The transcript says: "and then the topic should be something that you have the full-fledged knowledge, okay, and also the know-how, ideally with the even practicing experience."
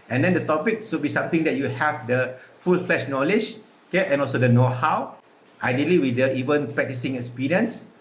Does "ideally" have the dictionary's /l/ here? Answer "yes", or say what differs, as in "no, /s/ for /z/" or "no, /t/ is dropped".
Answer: yes